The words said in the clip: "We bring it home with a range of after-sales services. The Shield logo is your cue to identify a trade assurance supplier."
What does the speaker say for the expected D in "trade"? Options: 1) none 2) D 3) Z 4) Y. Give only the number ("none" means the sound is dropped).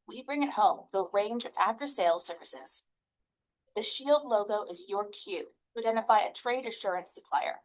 2